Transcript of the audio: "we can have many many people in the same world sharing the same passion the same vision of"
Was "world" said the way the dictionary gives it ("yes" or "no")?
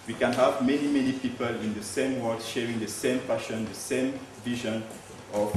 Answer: no